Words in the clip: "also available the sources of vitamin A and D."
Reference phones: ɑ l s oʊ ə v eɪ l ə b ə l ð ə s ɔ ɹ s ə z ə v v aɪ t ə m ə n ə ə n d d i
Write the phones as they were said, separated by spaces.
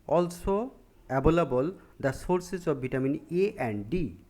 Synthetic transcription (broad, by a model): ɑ l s oʊ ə b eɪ l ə b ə l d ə s ɔ ɹ s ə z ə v b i t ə m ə n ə ə n d d i